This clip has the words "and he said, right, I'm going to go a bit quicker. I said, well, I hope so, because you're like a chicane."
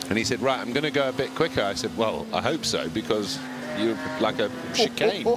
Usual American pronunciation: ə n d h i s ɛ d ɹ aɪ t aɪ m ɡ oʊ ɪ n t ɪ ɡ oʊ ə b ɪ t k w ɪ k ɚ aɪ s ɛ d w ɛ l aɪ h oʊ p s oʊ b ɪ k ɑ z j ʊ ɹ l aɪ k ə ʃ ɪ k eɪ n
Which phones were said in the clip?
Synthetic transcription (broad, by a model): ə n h i s ɛ d ɹ aɪ t aɪ m ɡ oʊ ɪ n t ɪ ɡ oʊ ə b ɪ t k w ɪ k ɚ aɪ s ɛ d w ɛ l aɪ h oʊ p s oʊ b ɪ k ɑ z j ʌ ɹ l aɪ k ə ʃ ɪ k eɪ n